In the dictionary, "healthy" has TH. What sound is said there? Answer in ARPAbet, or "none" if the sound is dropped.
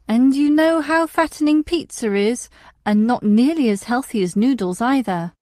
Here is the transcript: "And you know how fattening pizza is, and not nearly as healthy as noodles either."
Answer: TH